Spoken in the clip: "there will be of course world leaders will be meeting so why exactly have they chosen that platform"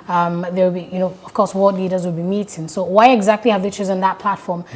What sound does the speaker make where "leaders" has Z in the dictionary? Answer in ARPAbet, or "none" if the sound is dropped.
Z